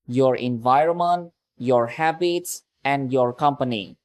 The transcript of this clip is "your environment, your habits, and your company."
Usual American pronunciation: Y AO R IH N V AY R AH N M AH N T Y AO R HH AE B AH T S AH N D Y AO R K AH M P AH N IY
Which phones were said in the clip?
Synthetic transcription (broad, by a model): Y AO R IH N V AY R AH N M AH N T Y AO R HH AE B AH T S AH N D Y AO R K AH M P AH N IY